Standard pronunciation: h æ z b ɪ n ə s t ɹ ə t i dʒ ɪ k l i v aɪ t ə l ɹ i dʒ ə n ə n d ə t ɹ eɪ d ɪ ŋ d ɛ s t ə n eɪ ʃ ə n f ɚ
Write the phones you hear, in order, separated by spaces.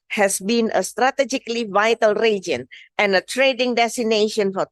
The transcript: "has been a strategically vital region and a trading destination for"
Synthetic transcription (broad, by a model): h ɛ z b ɪ n ə s t ɹ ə t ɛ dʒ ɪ k l i v aɪ t ə l ɹ i dʒ ə n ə n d ə t ɹ eɪ d ɪ ŋ d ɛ s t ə n eɪ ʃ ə n f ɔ